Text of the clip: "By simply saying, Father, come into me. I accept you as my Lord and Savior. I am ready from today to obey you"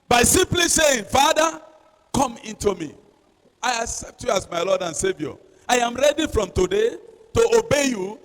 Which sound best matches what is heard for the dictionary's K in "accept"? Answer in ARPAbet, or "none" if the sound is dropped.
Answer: K